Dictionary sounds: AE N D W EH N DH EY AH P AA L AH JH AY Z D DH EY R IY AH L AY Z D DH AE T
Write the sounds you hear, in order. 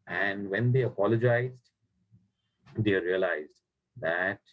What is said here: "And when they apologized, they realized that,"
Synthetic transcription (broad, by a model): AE N D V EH N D EY AH P AA L AH JH AY Z D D EY R IY AH L AY Z D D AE T